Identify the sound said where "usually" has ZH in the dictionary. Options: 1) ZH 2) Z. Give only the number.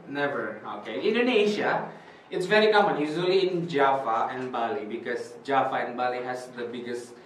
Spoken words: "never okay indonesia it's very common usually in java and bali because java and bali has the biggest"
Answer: 2